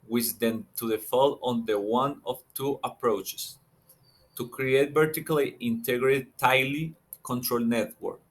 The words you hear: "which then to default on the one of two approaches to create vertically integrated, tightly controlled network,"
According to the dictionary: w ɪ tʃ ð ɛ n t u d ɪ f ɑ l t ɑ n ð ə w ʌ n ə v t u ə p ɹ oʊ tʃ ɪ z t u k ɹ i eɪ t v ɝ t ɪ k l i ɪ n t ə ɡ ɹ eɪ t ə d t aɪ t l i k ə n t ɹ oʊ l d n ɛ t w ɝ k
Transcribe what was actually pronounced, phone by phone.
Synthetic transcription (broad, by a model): w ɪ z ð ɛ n t u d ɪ f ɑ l ɑ n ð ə w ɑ n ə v t u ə p ɹ oʊ tʃ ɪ s t u k ɹ i eɪ t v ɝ t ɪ k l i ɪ n t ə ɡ ɹ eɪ t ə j l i k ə n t ɹ oʊ l n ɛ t w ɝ k